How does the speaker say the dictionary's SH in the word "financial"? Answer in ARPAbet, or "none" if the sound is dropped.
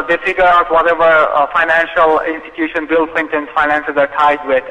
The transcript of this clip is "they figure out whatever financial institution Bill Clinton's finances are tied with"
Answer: SH